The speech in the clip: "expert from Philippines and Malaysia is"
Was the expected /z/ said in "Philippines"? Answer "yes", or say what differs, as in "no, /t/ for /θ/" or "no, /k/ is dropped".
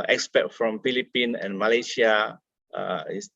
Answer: no, /z/ is dropped